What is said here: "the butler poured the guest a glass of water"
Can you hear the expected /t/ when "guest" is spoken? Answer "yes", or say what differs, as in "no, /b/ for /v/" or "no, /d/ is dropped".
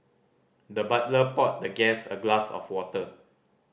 no, /t/ is dropped